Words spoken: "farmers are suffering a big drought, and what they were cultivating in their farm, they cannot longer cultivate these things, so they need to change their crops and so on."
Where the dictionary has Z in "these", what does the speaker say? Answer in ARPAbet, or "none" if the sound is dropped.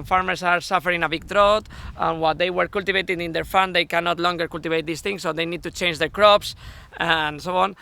S